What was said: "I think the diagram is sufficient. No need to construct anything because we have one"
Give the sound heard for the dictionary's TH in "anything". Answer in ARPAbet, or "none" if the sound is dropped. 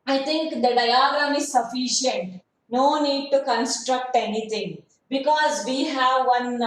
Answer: T